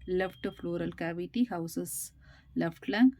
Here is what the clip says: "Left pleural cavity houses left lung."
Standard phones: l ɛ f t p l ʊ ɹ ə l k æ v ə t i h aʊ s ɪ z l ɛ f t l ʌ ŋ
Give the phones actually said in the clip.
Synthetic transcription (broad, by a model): l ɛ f t f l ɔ ɹ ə l k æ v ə t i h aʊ s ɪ s l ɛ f t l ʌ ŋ